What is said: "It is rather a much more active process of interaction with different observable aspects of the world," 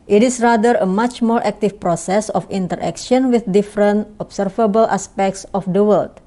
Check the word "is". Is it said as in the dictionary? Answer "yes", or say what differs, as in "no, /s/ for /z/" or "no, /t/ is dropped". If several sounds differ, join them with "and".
no, /s/ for /z/